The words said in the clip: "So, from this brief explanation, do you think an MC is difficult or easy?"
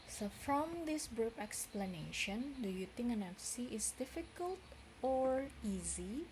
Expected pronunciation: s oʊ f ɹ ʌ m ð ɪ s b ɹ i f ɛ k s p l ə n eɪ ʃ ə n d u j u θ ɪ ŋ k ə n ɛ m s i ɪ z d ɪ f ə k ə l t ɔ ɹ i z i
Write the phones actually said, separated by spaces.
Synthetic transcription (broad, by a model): s oʊ f ɹ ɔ m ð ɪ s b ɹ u p ɛ k s p l ə n eɪ ʃ ə n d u j u t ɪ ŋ ə n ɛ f s i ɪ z d ɪ f ə k ə l t ɔ ɹ i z i